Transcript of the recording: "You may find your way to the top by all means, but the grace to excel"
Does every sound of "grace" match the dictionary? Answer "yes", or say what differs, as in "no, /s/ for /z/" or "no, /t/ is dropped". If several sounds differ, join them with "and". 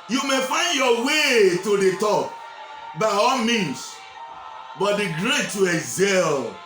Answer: no, /s/ is dropped